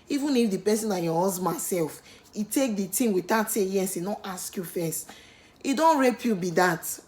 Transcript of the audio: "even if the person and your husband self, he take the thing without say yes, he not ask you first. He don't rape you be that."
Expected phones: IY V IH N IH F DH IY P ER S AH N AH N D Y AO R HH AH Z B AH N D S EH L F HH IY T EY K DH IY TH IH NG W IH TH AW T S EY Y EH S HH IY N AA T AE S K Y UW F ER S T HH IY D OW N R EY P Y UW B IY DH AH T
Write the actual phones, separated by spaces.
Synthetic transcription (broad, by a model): IY V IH N IH F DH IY P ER S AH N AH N Y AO HH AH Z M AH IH S EH L F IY T EY K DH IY T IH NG W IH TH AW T S EY Y EH S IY N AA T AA S K Y UW F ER S T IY D OW N R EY P Y UW B IY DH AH T